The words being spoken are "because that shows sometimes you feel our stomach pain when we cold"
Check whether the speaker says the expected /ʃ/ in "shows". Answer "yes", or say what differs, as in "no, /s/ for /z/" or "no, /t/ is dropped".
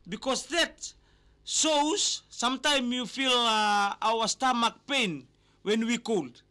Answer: no, /s/ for /ʃ/